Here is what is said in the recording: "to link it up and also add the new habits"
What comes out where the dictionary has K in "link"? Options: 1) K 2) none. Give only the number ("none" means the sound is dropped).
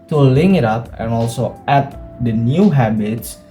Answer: 2